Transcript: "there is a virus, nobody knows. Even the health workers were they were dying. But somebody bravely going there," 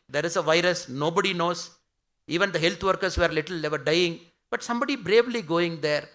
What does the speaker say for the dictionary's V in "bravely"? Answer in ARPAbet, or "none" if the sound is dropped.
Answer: V